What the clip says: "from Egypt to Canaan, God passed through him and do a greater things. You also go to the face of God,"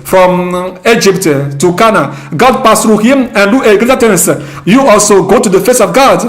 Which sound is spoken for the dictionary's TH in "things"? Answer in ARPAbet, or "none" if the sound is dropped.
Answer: T